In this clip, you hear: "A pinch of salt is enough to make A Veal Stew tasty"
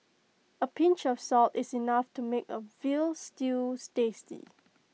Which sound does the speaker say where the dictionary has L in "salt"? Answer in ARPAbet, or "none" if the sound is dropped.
L